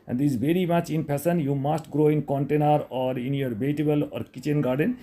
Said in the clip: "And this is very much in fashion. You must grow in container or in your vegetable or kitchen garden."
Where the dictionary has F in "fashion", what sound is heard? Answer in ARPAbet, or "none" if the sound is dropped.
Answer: P